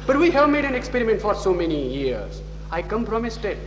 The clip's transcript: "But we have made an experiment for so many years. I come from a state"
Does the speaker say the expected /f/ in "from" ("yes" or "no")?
no